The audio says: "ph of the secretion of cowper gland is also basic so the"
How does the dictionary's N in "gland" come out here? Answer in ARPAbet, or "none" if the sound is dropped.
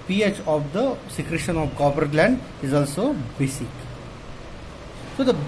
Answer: N